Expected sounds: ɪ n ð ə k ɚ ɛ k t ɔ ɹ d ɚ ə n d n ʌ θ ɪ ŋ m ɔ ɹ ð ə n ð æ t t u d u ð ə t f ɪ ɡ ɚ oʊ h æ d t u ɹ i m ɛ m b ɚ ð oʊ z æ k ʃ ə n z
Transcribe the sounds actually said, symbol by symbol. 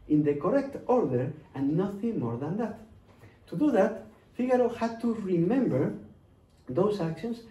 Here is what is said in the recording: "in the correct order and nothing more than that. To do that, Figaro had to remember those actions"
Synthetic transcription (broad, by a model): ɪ n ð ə k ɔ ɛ k t ɔ ɹ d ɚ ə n n ʌ θ ɪ ŋ m ɔ ɹ ð ə n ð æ t t u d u ð ə t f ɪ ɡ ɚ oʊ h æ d t u ɹ i m ɛ m b ɚ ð oʊ s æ k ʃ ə n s